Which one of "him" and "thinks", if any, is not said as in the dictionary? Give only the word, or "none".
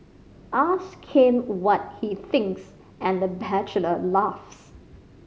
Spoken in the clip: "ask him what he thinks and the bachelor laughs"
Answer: none